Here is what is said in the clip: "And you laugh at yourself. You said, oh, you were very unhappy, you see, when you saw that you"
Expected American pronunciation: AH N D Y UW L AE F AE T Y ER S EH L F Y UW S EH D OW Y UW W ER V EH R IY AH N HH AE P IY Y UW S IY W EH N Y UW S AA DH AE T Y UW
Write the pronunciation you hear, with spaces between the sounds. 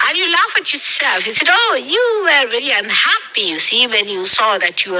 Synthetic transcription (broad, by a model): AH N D Y UW L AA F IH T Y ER S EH L F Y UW S EH D OW Y UW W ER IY L IY AH N HH AE P IY Y UW S IY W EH N Y UW S AA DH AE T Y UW